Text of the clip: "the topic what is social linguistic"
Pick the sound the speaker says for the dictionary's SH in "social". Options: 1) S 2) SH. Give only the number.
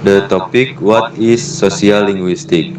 1